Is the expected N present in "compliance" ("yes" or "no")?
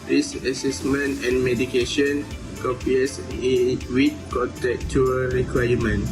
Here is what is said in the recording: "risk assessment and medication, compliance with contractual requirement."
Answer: no